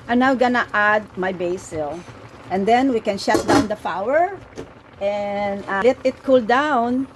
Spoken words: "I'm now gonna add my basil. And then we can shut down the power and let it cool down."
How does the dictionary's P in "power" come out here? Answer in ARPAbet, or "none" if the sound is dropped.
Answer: F